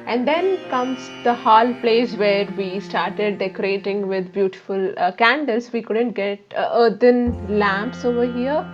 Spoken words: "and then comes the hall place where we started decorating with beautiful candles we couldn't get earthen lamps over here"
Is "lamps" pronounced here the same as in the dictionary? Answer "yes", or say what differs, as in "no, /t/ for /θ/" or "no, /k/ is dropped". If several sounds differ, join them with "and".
yes